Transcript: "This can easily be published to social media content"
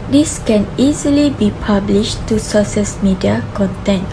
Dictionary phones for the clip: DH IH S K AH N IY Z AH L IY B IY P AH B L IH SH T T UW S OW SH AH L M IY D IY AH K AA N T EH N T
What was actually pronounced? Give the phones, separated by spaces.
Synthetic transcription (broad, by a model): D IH S K AH N IY Z AH L IY B IY P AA B L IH SH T T UW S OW S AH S M IY D IY AH K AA N T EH N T